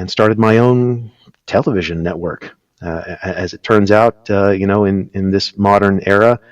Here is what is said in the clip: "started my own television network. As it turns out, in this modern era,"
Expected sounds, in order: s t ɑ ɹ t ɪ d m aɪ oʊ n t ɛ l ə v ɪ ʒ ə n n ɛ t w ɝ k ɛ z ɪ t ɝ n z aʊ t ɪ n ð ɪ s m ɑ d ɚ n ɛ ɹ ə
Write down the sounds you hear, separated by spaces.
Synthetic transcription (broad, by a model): s t ɑ ɹ t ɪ d m aɪ oʊ n t ɛ l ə v ɪ ʒ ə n n ɛ t w ɝ k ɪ z ɪ t ɝ n z aʊ t ɪ n ð ɪ s m ɑ d ɚ n ɛ ɹ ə